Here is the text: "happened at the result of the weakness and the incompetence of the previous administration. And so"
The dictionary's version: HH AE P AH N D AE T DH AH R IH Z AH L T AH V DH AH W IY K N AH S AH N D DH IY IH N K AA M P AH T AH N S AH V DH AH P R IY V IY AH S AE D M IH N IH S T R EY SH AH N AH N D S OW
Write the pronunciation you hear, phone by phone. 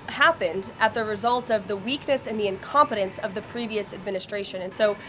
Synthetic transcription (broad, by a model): HH AE P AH N D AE T DH AH R IH Z AH L T AH V DH AH W IY K N AH S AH N DH IY IH N K AA M P AH T AH N S AH V DH AH P R IY V IY AH S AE D M IH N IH S T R EY SH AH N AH N S OW